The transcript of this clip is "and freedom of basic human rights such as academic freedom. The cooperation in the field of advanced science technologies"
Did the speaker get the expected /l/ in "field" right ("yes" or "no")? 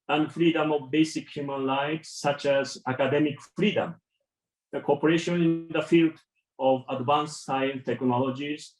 yes